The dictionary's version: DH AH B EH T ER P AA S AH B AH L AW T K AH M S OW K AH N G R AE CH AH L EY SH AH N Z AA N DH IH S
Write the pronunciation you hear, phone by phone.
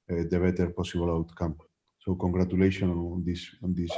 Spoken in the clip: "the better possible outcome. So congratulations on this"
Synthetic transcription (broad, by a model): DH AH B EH T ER P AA S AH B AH L AW T K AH M S OW K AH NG G R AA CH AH L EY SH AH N S AA N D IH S